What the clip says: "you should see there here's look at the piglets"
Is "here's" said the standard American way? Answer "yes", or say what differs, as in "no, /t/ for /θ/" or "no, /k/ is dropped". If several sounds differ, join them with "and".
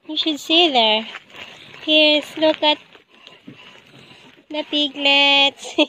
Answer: no, /s/ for /z/